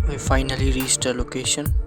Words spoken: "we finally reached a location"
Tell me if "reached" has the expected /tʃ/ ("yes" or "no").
no